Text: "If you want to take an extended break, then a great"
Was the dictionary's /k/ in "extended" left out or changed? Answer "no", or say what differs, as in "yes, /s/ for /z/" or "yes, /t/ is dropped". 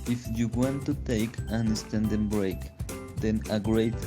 yes, /k/ is dropped